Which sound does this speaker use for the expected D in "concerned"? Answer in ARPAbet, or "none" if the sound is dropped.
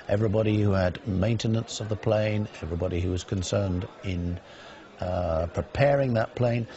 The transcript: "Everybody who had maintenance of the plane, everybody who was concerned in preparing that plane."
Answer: D